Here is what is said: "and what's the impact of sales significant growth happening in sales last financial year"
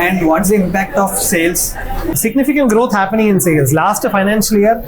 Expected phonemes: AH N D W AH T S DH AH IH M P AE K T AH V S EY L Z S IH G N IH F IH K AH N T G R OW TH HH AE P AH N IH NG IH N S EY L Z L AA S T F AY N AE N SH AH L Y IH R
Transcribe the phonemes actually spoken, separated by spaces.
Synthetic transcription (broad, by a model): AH N D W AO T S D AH IH M P AE K T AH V S EY L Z S IH G N IH F IH K AH N T G R OW T HH AE P AH N IH NG IH N S EY L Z L AA S T F AY N AE N SH AH L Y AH R